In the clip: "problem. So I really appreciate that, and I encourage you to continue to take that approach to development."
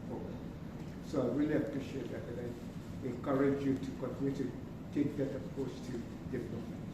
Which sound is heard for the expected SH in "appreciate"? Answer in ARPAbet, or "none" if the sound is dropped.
SH